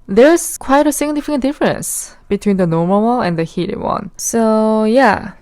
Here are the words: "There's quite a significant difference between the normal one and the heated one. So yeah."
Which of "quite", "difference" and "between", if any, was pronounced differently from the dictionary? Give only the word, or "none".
none